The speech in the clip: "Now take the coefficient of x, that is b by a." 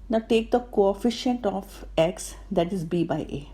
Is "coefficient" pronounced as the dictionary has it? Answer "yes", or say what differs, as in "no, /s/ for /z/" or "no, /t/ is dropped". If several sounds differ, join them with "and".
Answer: yes